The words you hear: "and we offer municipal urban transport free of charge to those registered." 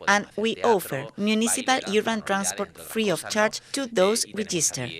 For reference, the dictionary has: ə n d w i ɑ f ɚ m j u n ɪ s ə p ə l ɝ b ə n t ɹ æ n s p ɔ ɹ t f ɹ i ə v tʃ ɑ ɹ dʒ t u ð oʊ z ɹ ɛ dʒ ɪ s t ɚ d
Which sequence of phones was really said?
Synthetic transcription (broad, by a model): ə n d w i ɑ f ɚ m j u n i s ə p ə l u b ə n t ɹ æ n s p ɔ ɹ t f ɹ i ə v tʃ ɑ ɹ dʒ t u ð oʊ s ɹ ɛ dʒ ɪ s t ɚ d